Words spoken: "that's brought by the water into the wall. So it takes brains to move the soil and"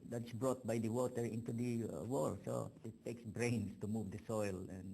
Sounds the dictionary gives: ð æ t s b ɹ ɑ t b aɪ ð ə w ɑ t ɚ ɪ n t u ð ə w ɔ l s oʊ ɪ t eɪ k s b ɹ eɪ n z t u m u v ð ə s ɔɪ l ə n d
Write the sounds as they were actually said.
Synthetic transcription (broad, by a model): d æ t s b ɹ ɑ t b aɪ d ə w ɑ t ɚ ɪ n t u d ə w ɔ l s oʊ ɪ t eɪ k s b ɹ eɪ n s t u m u v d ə s ɔɪ l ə n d